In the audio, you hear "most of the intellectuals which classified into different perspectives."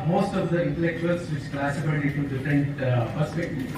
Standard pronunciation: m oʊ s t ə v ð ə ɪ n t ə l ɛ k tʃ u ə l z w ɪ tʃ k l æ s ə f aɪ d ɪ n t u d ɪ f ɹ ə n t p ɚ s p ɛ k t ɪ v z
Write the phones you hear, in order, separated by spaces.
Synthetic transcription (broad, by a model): m oʊ s t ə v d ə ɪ n t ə l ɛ k tʃ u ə l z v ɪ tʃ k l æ s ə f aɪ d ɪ t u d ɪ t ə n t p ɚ s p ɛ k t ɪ